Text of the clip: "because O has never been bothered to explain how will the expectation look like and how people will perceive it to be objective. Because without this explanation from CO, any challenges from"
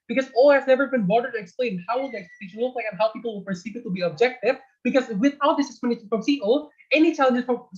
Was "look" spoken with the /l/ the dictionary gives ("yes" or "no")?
no